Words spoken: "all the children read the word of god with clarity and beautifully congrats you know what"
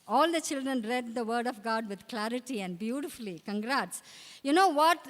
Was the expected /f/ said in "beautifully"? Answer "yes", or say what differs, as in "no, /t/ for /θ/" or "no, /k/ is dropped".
yes